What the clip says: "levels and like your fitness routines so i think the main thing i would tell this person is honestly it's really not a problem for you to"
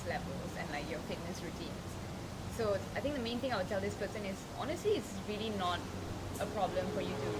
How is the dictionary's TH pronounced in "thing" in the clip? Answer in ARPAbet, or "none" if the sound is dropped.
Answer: T